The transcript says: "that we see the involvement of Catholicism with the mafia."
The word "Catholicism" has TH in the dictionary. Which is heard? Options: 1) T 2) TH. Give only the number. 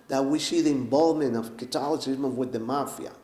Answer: 1